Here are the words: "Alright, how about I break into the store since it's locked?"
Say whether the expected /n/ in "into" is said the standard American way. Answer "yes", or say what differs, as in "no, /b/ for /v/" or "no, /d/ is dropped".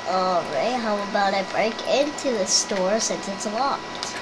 yes